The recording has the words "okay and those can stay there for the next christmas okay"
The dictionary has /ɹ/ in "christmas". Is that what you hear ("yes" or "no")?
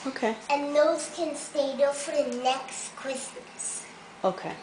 no